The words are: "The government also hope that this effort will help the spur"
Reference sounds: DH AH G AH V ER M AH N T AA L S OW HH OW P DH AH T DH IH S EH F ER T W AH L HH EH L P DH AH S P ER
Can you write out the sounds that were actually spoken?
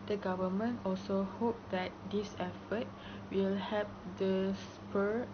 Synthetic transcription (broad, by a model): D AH G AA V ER M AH N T AA L S OW HH OW P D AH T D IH S EH F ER T W AH L HH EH P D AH S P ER